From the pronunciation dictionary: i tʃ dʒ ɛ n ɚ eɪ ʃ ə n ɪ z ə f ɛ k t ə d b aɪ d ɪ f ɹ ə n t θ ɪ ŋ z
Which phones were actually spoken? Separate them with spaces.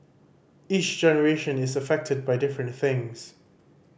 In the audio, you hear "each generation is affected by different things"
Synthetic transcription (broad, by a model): i tʃ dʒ ɛ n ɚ eɪ ʃ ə n ɪ z ə f ɛ k t ə d b aɪ d ɪ f ɹ ə n t θ ɪ ŋ z